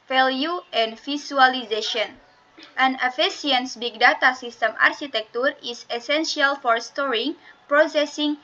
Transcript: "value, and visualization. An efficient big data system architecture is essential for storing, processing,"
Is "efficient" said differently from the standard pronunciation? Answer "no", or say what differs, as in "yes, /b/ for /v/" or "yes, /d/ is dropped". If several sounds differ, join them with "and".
yes, /s/ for /ʃ/